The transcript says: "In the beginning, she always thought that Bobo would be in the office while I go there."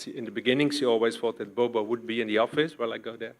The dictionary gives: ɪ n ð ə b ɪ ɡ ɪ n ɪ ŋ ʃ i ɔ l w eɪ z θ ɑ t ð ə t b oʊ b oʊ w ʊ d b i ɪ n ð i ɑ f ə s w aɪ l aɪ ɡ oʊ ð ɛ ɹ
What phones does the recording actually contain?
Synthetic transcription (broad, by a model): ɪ n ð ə b ɪ ɡ ɪ n ɪ ŋ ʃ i ɔ l w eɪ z f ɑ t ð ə t b oʊ b oʊ w ʊ d b i ɪ n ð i ɑ f ə s w aɪ l aɪ ɡ oʊ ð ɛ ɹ